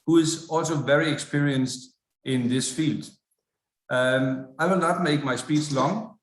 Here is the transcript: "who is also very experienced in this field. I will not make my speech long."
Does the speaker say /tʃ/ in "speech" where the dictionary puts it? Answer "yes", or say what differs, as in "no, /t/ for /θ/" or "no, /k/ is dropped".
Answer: no, /s/ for /tʃ/